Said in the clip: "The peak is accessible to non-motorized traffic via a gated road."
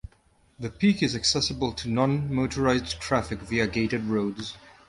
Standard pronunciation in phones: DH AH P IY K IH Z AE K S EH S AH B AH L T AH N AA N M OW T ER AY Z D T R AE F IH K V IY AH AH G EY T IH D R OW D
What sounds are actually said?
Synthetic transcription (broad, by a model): DH AH P IY K IH Z AE K S EH S AH B AH L T AH N AA N M OW T ER AY Z D T R AE F IH K V IY AH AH G EY T IH D R OW D